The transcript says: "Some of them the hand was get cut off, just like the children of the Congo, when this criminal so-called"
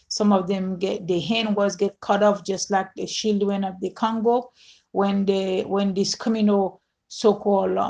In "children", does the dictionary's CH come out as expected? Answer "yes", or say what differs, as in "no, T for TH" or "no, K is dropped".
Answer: no, SH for CH